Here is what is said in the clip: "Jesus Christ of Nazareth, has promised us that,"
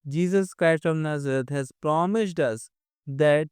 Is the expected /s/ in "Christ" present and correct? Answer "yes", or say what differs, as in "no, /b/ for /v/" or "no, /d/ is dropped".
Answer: yes